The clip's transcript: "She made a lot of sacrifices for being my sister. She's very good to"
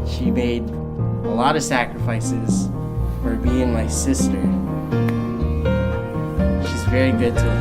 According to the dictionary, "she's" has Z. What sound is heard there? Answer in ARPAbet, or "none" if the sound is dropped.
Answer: Z